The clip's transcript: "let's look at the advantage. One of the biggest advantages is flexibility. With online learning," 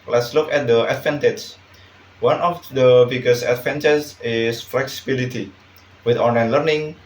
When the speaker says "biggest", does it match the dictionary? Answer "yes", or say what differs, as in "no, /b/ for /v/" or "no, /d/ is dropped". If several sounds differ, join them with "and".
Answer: no, /t/ is dropped